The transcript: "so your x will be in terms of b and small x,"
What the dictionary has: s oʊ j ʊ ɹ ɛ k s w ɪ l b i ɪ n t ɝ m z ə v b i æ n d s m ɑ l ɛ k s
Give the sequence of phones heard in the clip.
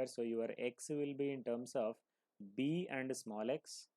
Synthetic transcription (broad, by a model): s oʊ j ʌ ɹ ɛ k s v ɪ l b i ɪ n t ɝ m s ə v b i æ n d s m ɑ l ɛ k s